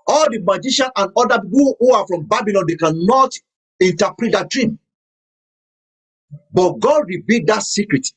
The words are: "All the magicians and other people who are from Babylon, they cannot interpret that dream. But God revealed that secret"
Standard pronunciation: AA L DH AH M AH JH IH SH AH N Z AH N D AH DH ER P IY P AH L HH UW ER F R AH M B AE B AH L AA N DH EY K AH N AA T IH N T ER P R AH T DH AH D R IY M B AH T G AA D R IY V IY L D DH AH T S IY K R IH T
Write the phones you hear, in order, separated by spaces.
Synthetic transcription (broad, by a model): AA L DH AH M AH JH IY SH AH N AH N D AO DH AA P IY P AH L HH UW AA F R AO M B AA B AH L AA N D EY K AH N AA T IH N T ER P R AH T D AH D R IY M B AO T G AA D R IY B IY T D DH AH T S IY K R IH T